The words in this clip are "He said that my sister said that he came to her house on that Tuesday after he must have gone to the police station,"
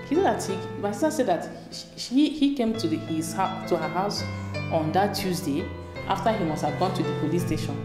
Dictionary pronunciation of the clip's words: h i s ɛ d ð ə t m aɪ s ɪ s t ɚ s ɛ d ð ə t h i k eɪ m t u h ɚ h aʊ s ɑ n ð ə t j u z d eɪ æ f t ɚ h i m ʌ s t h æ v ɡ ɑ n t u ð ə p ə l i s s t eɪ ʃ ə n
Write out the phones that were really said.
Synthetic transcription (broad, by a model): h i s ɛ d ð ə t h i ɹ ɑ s s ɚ s ɛ d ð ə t h i k eɪ m t u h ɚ h aʊ s ɑ n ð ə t j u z d eɪ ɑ f t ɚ h i m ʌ s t h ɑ v ɡ ɑ n t u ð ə p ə l i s s t eɪ ʃ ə n